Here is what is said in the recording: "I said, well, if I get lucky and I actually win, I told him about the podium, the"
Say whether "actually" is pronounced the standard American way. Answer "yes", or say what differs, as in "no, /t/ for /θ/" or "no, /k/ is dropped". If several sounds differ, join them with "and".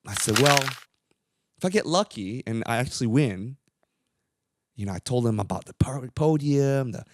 no, /w/ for /l/